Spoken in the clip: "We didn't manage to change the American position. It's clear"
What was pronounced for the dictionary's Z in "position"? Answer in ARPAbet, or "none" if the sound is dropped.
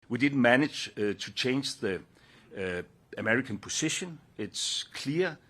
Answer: S